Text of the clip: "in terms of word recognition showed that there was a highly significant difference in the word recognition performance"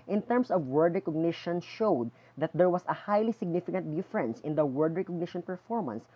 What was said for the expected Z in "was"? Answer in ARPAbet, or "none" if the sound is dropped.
S